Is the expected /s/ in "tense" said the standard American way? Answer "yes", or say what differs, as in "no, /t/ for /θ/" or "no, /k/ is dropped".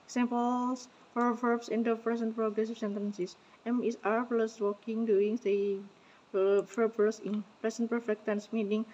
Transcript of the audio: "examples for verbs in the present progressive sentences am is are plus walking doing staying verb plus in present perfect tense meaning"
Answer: yes